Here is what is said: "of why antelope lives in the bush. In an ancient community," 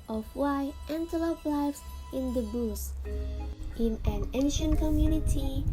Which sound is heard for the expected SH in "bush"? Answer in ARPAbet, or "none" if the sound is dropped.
S